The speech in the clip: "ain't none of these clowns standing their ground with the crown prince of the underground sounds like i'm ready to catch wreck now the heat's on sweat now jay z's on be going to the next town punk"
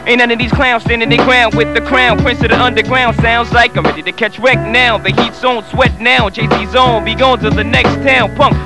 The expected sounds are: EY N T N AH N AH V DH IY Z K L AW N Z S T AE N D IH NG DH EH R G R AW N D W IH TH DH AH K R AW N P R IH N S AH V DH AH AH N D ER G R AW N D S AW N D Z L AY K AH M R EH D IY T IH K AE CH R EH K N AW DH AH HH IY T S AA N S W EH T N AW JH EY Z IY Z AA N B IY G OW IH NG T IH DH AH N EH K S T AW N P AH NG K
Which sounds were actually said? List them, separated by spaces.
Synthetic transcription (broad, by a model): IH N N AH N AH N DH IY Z K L AW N S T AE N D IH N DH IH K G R AW N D W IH DH AH K R AW N P R IH N S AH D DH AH AH N D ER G R AW N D S AW N D Z L AY K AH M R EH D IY T IH K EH CH R EH K N AW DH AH HH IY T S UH N S W EH T N AW CH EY S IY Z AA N B IY G OW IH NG T IH DH AH N EH K S T AW N P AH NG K